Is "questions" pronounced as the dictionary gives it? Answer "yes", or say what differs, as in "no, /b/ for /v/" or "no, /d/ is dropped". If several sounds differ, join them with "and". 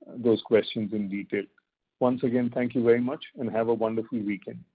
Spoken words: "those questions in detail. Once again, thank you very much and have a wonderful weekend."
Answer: yes